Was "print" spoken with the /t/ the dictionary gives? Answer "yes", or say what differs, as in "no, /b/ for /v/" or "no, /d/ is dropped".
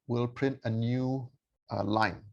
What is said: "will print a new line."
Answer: yes